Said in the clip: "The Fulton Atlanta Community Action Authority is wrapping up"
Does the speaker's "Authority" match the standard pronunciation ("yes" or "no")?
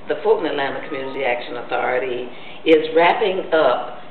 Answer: yes